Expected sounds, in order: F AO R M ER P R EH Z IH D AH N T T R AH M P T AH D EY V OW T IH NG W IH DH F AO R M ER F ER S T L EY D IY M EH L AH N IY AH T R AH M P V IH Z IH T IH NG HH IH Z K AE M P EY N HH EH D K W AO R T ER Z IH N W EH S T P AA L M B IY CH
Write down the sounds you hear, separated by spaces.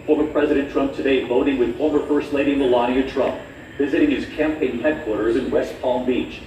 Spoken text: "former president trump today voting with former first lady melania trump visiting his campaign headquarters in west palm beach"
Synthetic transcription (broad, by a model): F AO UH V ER P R EH Z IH D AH N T T R AH M P T AH D EY V OW T IH NG W IH DH AO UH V ER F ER S L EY D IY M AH L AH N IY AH T R AH M P V IH Z IH T IH NG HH IH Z K AE M P EY N HH EH D K W AO R T ER Z IH N W EH S T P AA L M B IY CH